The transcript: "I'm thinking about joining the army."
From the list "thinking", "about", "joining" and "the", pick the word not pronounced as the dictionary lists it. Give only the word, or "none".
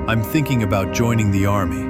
none